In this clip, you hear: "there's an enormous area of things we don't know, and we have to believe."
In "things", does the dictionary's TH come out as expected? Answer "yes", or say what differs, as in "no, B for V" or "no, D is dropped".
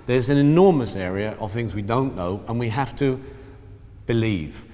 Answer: yes